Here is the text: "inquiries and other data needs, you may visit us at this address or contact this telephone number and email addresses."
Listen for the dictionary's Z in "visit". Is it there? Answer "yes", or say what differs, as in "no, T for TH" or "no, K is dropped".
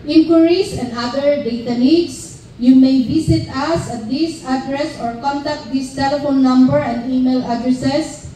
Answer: no, S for Z